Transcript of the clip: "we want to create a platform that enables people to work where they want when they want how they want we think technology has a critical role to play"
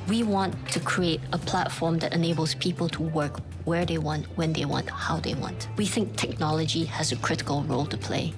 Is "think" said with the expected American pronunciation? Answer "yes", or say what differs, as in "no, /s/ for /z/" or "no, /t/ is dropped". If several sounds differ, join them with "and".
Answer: yes